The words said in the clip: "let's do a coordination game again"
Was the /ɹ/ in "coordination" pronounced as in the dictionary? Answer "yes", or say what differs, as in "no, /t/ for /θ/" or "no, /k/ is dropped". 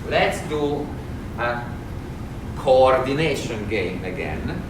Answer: yes